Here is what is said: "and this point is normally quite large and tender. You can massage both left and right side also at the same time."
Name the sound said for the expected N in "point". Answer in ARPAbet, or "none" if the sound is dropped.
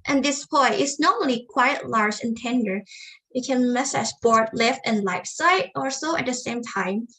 none